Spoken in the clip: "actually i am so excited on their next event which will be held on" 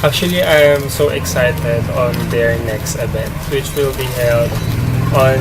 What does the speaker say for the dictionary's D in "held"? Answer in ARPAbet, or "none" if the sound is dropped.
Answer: D